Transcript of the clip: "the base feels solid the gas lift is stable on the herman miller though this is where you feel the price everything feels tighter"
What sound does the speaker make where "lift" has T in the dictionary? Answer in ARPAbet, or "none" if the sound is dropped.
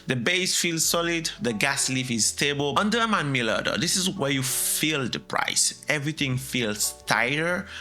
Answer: none